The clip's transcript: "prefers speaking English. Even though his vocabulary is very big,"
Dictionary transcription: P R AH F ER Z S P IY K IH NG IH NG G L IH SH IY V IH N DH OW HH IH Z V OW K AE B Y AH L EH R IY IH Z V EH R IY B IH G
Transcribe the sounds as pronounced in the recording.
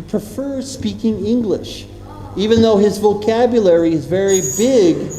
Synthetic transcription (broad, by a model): P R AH F ER S P IY K IH NG IH NG G L IH SH IY V IH N DH OW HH IH Z V OW K AE B Y AH L EH R IY IH Z V EH R IY B IH G